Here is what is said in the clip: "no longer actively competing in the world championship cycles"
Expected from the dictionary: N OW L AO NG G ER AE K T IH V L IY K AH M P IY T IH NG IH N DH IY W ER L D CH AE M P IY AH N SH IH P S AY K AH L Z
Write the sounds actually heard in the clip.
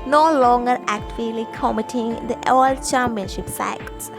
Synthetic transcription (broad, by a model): N OW L AO NG G ER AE K T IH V L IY K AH M IY T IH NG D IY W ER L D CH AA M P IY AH N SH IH P S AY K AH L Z